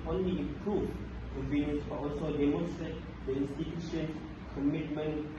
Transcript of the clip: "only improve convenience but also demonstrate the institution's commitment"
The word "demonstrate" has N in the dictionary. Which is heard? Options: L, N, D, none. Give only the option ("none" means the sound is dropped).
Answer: none